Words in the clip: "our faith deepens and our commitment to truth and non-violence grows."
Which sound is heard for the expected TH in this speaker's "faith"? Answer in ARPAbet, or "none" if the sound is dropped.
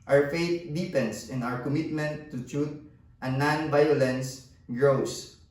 T